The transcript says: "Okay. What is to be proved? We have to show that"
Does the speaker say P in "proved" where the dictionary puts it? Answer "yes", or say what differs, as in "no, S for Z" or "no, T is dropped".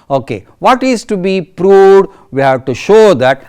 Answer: yes